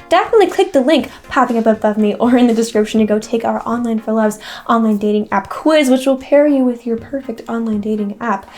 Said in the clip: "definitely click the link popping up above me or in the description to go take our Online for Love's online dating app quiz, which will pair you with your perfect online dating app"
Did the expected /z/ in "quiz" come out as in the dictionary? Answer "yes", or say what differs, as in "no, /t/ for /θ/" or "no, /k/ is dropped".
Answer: yes